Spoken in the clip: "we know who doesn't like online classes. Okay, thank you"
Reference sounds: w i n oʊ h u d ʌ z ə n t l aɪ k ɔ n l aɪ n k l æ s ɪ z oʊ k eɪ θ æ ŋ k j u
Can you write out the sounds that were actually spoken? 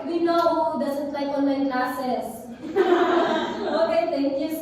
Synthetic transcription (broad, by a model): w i n oʊ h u d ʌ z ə n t l aɪ k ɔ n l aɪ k l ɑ s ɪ s oʊ k eɪ t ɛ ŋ k j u